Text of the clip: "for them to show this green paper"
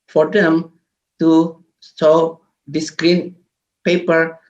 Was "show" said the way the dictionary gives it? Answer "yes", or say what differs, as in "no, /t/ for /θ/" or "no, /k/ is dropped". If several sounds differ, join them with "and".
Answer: no, /s/ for /ʃ/